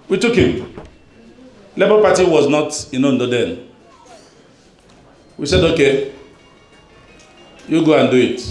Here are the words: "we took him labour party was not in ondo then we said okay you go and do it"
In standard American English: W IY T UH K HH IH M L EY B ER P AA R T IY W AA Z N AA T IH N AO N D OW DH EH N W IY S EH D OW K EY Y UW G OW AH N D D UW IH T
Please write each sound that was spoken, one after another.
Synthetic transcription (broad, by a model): W IY T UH K HH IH M L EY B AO P AA T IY W AA Z N AA T IH N AO N D OW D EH N W IY S EH D OW K EY Y UW G OW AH N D D UW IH T